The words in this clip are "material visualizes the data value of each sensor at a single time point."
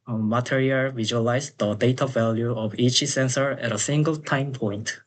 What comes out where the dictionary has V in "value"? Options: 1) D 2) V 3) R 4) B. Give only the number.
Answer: 2